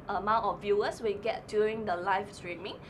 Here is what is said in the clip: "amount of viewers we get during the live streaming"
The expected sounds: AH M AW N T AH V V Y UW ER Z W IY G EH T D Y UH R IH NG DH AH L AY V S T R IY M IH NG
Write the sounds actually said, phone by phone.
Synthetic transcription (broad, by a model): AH M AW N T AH F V Y UW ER S W IY G EH T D Y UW R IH NG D AH L AY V S T R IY M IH NG